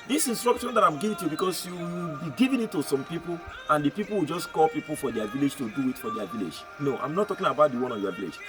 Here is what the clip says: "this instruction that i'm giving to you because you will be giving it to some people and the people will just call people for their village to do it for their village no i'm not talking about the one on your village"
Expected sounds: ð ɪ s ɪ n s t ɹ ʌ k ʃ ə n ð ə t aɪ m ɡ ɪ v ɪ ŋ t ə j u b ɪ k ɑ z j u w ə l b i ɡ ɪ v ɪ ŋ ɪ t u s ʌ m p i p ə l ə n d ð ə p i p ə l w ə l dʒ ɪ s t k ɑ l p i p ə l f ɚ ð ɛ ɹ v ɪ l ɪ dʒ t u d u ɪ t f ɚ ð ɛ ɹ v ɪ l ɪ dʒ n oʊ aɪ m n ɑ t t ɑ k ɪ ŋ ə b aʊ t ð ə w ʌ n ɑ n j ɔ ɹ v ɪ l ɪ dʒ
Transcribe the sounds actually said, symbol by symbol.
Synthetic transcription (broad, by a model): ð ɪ s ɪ n s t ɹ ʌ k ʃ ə n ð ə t aɪ m ɡ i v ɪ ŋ t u b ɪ k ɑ s j u w ə l b i ɡ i v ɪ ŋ ɪ t u s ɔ m p i p ə l ə n d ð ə p i p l w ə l dʒ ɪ s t k ɑ l p i p ə l f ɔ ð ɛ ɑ v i l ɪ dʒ t u d u ɪ t f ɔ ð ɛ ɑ v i l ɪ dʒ n oʊ aɪ m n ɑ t t ɑ k ɪ ŋ ə b aʊ t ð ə w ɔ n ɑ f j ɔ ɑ v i l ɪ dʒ